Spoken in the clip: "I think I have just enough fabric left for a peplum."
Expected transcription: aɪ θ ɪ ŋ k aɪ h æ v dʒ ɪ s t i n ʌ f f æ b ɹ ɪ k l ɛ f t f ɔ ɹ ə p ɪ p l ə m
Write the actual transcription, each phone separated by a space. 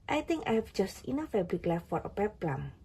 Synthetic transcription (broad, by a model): aɪ t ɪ ŋ k aɪ h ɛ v dʒ ɪ s t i n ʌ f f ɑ b l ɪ k l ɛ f f ɔ ɹ ə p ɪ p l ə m